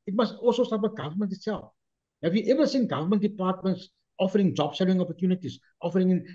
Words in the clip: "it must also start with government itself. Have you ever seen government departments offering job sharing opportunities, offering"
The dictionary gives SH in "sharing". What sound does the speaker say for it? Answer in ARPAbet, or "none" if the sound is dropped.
S